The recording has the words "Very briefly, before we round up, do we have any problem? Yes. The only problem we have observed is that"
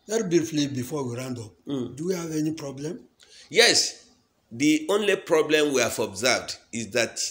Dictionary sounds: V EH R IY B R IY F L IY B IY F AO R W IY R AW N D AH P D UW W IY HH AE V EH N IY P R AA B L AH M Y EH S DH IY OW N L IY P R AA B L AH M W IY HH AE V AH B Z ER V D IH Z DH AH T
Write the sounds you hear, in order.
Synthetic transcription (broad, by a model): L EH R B IY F L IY B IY F AO W IY R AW N D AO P D UW W IY HH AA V EH N IY P R AA B L AH M Y EH S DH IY OW N L IY P R AA B L AH M W IY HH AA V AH B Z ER V D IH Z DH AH T